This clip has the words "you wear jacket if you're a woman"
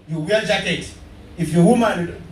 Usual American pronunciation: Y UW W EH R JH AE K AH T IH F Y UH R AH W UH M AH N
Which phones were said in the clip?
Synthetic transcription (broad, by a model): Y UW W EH L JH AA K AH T IH F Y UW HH AH M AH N